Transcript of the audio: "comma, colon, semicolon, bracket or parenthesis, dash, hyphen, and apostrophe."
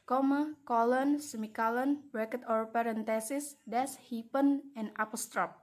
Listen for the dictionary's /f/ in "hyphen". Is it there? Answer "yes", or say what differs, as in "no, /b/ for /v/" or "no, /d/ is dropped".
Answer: no, /p/ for /f/